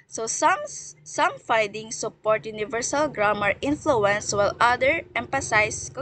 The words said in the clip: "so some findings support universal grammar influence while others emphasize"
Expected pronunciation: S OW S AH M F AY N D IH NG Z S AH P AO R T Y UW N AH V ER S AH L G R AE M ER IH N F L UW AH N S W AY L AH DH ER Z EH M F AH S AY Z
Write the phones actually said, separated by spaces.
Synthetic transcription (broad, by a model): S OW S AH M F AY D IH NG S AH P AO R T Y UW N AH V ER S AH L G R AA M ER IH N F L UW AH N S W AY L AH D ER EH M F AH S AY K